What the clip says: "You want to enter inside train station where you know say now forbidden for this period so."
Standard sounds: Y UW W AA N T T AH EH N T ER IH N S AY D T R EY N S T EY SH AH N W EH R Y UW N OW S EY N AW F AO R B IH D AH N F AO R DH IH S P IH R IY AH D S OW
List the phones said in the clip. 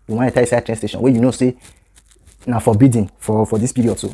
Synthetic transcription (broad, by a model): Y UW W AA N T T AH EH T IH S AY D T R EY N S T EY SH AH N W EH Y UW N OW S EY N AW F AO B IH D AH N F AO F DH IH S P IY R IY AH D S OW